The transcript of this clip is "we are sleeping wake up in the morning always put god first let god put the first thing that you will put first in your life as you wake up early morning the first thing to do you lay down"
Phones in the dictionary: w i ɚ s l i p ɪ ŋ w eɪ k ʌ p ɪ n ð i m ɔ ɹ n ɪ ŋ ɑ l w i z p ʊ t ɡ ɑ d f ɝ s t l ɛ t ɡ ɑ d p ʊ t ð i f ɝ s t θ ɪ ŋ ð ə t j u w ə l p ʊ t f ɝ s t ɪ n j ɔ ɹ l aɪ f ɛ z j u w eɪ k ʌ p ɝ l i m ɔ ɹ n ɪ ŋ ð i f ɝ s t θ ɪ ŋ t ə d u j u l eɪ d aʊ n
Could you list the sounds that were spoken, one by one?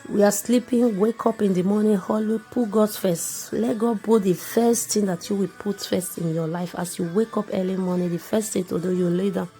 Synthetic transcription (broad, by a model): w i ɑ s l i p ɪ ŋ w eɪ k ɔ p ɪ n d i m ɔ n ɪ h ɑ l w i p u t ɡ ɑ d f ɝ s t l ɛ t ɡ ɑ d b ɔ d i f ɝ s t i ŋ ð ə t j u w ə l p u t f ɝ s t ɪ n j ɔ l aɪ f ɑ s j u w eɪ k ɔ p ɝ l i m ɔ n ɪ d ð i f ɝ s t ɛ t ə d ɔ j u l eɪ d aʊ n